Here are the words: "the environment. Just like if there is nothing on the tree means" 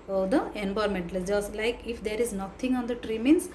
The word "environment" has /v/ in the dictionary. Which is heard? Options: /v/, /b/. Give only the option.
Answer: /b/